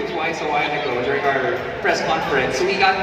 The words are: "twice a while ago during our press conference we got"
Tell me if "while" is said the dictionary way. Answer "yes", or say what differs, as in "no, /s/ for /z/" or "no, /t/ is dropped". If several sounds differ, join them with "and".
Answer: no, /n/ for /l/